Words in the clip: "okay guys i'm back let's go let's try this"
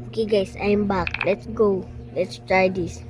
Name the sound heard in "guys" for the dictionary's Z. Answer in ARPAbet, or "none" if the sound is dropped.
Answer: S